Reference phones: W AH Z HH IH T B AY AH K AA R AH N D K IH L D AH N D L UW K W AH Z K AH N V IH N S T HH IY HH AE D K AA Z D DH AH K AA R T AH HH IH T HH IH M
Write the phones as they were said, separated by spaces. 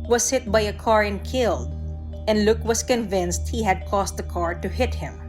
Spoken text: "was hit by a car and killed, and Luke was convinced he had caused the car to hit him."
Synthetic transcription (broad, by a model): W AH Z HH IH T B AY AH K AA R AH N K IH L D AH N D L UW K W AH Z K AH N V IH N S T HH IY HH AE D K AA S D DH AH K AA R T AH HH IH T HH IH M